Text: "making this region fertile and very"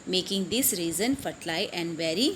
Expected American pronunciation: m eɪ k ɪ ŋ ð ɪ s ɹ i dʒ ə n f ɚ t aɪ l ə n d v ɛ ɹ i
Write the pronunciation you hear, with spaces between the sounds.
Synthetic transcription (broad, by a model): m eɪ k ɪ ŋ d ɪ s ɹ i z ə n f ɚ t aɪ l ə n d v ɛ ɹ i